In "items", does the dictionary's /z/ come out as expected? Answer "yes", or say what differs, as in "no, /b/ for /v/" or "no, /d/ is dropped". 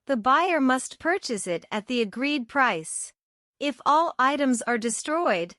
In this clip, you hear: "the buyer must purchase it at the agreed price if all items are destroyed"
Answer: yes